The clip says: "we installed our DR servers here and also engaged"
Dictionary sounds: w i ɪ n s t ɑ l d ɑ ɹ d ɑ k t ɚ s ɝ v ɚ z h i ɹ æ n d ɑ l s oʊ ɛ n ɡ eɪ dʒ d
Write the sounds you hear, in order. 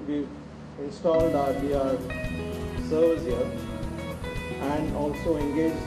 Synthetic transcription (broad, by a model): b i ɪ n s t ɑ l d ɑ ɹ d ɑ t s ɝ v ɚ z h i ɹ æ n d ɑ l s oʊ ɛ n ɡ eɪ dʒ